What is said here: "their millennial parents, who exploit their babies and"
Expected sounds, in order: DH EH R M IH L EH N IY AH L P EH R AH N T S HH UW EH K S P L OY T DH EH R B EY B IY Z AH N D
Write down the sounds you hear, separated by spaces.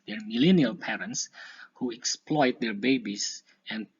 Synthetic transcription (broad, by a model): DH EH R M IH L EH N IY AH L P EH R AH N T S HH UW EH K S P L OY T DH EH R B EY B IY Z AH N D